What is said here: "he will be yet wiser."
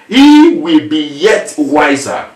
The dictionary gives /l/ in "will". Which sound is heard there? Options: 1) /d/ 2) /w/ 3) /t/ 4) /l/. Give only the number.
4